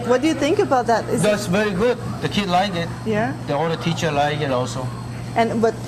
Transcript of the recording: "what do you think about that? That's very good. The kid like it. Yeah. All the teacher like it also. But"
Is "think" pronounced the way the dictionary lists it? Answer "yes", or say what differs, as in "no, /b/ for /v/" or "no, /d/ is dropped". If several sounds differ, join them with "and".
yes